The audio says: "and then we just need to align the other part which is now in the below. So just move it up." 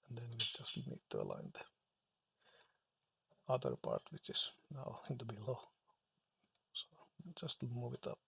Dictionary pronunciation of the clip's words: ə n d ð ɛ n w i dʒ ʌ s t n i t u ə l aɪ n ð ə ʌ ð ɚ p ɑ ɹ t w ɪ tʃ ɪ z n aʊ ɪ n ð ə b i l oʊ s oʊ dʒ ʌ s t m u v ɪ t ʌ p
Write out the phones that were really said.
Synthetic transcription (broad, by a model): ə n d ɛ n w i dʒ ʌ s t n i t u ə l aɪ n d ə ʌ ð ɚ p ɑ ɹ t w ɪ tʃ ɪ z n aʊ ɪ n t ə b i l oʊ s oʊ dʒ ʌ s t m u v ɪ t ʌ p